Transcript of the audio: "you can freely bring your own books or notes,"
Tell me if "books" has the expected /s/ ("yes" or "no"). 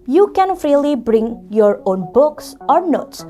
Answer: yes